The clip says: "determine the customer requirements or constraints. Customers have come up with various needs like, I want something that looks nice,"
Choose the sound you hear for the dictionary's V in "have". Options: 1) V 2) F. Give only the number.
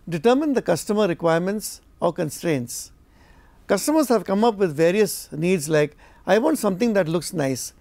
1